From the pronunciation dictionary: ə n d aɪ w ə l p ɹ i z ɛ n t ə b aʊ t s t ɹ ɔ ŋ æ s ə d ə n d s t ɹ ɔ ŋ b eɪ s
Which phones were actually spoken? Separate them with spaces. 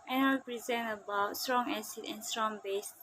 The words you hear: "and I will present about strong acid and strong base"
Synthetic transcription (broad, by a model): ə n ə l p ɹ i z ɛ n ə b aʊ t s t ɹ ɔ ŋ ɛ s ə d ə n s t ɹ ɔ ŋ b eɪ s